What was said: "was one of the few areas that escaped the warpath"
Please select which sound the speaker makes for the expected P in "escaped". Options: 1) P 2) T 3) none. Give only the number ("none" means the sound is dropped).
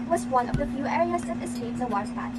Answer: 3